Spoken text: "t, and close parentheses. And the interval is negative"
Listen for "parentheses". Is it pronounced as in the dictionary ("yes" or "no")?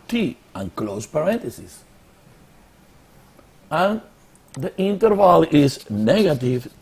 no